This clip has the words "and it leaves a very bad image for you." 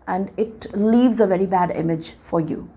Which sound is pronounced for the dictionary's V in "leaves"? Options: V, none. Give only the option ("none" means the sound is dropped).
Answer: V